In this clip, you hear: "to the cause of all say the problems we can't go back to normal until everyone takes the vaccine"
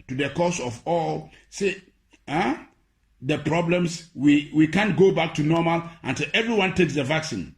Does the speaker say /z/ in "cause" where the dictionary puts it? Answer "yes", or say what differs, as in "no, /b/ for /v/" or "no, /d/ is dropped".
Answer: no, /s/ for /z/